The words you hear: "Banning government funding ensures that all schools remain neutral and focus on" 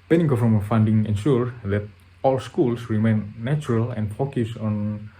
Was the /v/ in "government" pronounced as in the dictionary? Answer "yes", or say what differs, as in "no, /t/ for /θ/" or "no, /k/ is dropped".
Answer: no, /f/ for /v/